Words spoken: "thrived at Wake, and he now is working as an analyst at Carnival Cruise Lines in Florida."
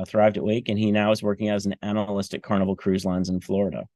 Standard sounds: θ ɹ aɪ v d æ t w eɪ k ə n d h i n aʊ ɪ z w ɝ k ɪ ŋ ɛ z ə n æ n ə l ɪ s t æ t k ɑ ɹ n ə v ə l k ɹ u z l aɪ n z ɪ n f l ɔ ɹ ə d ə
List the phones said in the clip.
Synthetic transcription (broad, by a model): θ ɹ aɪ v d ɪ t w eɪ k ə n i n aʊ ɪ z w ɝ k ɪ ŋ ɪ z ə n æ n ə l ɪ s t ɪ k ɑ ɹ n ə v l k ɹ u z l aɪ n z ɪ n f l ɔ ɹ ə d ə